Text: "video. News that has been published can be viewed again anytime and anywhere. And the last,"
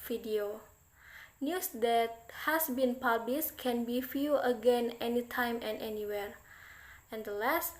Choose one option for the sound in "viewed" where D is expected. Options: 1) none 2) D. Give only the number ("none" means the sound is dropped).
1